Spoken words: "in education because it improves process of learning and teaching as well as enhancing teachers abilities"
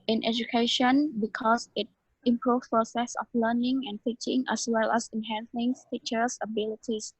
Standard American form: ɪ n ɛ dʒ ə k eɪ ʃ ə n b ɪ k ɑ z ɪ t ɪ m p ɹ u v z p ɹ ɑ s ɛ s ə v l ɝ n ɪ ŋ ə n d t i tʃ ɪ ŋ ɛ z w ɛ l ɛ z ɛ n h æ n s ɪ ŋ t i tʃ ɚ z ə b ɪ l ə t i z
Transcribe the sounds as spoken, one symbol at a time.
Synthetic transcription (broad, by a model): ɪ n ɛ dʒ ə k eɪ ʃ ə n b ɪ k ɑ s ɪ t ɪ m p ɹ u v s p ɹ ɑ s ɛ s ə f l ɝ n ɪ ŋ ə n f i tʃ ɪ ŋ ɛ s w ɛ l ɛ s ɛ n h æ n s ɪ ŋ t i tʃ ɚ s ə b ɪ l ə t i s